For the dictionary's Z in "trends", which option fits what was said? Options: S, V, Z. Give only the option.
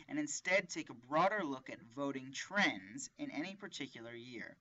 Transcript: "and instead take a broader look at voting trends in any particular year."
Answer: Z